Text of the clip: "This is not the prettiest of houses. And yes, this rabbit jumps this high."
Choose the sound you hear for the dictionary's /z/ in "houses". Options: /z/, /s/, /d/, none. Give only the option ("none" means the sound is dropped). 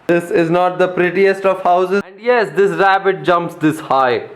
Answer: none